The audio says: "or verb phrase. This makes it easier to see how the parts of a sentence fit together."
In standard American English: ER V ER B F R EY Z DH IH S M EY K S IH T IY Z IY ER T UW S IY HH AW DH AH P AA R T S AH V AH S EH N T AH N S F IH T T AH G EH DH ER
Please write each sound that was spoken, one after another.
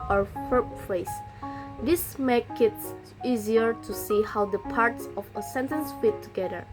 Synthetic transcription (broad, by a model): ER F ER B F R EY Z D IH S M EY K IH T IY Z IY ER T UW S IY HH AW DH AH P AA R T S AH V AH S EH N T AH N S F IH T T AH G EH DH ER